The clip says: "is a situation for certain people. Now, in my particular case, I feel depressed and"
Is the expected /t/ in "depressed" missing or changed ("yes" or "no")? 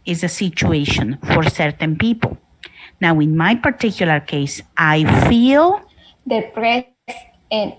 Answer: yes